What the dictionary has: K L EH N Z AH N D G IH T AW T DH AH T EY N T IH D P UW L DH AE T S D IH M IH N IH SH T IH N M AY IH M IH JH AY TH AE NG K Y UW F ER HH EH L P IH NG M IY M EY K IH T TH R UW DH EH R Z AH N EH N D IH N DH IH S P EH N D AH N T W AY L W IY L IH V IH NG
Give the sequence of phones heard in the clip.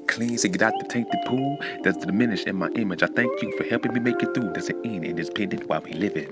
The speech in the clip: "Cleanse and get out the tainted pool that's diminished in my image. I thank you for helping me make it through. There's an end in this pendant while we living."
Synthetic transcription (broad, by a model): K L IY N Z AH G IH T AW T DH AH T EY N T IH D P UW L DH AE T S D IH M IH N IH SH IH N M AY IH M IH JH AY TH AE NG K Y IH F ER HH EH L P IH NG M IY M EY K IH T TH R UW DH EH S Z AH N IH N IH N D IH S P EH N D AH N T W AY L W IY L IH V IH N